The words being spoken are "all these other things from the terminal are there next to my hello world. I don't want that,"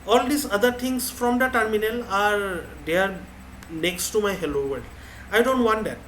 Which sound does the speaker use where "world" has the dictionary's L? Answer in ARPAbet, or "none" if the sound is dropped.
none